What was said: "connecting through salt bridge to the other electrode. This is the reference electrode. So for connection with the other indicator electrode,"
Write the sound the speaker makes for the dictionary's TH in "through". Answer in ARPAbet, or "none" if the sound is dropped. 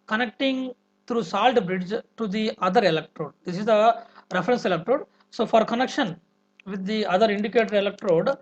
T